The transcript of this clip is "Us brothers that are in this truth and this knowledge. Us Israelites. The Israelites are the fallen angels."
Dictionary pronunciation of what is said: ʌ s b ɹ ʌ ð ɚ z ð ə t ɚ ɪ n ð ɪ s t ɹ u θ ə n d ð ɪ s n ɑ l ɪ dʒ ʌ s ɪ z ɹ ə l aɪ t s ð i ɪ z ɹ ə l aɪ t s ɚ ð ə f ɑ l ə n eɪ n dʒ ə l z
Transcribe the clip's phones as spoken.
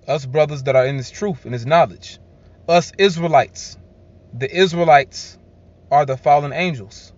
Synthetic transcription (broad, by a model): ʌ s b ɹ ʌ ð ɚ z ð ə t ɚ ɪ n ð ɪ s t ɹ u θ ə n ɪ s n ɑ l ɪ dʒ ʌ s ɪ z ɹ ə l aɪ t s ð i ɪ z ɹ ə l aɪ t s ɚ ð ə f ɑ l ə n eɪ n dʒ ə l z